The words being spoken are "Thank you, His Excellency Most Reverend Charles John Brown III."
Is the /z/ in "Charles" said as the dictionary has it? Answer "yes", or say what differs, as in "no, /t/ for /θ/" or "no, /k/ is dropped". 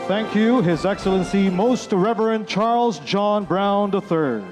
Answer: yes